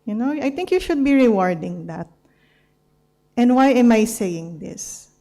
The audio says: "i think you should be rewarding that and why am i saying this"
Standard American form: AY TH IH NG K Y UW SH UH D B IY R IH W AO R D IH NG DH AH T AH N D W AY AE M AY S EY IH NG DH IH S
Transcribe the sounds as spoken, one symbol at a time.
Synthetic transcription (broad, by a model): AY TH IH NG K Y UW SH UH D B IY R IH W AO R D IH NG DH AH T AH N D W AY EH M AY S EY IH NG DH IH S